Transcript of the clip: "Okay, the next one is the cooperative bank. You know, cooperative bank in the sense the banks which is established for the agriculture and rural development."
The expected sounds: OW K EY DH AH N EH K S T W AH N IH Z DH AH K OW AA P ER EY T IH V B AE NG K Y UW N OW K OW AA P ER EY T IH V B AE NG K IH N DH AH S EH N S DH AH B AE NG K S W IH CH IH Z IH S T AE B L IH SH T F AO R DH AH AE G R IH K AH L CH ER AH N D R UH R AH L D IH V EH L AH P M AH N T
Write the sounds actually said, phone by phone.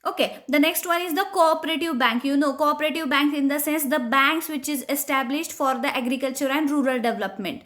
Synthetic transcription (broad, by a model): OW K EY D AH N EH K S T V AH N IH Z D AH K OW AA P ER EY T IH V B AE NG K Y UW N OW K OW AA P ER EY T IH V B AE NG K IH N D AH S EH N S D AH B AE NG K S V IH CH IH Z IH S T AE B L IH SH T F AO R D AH AE G R IH K AH L CH ER AH N D R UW R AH L D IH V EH L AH P M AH N T